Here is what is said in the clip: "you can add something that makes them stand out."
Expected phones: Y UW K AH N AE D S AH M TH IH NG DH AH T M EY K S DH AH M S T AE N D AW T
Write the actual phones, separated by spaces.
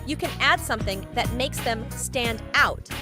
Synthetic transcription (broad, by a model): Y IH K AH N AE D S AH M TH IH NG DH AH T M EY K S DH AH M S T AE N D AW T